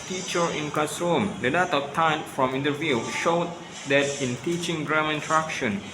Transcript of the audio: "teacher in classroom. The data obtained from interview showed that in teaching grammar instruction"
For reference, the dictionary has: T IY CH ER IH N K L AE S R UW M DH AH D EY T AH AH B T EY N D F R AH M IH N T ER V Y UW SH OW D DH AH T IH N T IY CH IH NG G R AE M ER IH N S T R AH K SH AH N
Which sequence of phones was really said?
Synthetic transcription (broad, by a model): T IY CH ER IH N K AA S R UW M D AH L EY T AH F T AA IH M F R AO M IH N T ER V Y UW SH OW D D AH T IH N T IY CH IH NG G R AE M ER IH N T R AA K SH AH N